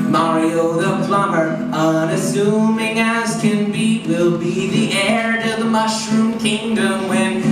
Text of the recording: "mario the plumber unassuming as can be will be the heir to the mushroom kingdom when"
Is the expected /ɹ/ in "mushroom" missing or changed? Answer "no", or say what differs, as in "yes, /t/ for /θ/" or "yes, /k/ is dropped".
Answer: no